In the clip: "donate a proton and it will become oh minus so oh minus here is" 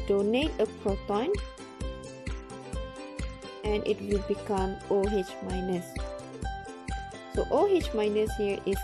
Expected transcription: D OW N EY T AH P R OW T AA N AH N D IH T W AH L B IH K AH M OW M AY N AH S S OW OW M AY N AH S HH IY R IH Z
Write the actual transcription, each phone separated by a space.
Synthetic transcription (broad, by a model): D OW N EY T AH P R OW T AA N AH N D IH T W AH L B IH K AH M OW M AY N AH S S OW OW M AY N AH S HH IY R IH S